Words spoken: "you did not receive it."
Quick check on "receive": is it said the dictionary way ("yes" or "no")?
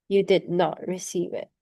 yes